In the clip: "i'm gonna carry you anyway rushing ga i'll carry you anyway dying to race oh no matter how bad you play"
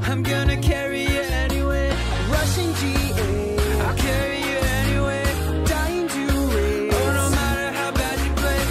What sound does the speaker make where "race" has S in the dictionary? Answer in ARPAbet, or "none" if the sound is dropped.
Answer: none